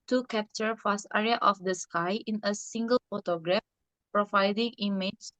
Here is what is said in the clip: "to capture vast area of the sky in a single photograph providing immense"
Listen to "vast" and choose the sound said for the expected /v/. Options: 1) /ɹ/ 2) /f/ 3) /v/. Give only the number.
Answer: 2